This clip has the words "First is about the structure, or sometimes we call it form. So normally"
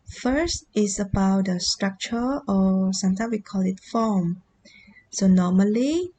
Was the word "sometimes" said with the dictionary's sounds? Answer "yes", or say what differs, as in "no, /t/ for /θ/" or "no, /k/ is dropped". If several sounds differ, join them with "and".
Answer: no, /s/ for /z/